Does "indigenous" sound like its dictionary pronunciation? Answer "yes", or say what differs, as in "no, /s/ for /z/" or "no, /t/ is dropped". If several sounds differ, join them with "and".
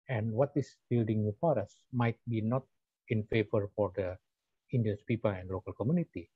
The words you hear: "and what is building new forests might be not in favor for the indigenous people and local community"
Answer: no, /dʒ/ is dropped